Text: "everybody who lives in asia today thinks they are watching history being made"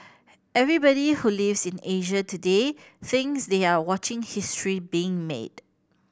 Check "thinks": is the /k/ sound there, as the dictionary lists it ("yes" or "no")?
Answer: no